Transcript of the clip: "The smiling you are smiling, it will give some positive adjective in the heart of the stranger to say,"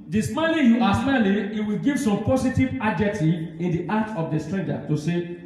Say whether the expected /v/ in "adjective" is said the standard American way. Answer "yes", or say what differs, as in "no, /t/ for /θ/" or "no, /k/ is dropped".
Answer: no, /v/ is dropped